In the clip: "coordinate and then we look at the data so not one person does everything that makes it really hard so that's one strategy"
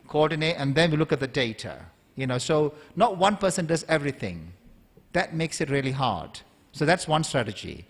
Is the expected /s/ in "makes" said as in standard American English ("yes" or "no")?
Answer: yes